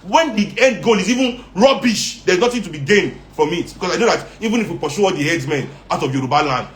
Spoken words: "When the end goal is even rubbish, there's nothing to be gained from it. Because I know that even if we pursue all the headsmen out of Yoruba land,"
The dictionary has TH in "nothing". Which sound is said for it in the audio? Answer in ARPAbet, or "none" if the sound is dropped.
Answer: T